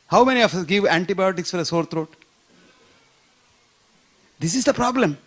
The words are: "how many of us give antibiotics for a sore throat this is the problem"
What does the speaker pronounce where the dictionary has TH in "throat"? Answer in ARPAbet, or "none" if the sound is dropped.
T